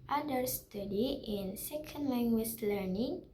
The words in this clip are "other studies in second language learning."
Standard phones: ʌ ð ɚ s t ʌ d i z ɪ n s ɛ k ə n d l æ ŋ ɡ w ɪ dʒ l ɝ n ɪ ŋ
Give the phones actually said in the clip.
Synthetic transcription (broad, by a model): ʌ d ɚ s t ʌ d i ɪ n s ɛ k ə n d l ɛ ŋ ɡ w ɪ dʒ l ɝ n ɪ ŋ